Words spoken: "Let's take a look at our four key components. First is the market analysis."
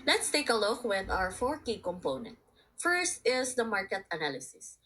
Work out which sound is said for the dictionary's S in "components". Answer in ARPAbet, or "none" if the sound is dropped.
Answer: none